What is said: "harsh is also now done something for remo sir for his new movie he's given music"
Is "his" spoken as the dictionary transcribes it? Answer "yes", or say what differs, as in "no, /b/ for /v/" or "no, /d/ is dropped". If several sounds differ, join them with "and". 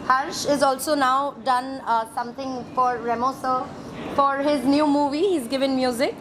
yes